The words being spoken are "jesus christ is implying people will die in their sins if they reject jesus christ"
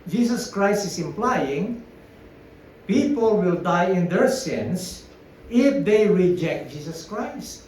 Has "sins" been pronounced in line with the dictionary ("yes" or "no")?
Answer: no